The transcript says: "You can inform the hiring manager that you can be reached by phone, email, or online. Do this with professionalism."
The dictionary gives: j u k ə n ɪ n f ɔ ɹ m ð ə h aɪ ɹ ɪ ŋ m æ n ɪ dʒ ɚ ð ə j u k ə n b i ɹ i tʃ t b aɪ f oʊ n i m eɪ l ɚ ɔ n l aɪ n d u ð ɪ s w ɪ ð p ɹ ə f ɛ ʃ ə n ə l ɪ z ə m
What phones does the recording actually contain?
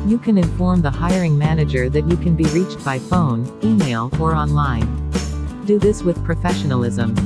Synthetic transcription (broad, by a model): j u k ə n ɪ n f ɔ ɹ m ð ə h aɪ ɹ ɪ ŋ m æ n ɪ dʒ ɚ ð ə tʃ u k ə n b i ɹ i tʃ t b aɪ f oʊ n i m eɪ l ɚ ɔ n l aɪ n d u ð ɪ s w ɪ ð p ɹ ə f ɛ ʃ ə n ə l ɪ z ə m